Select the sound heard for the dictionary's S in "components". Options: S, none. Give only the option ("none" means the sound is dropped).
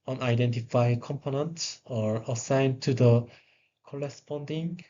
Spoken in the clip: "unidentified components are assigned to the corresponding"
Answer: none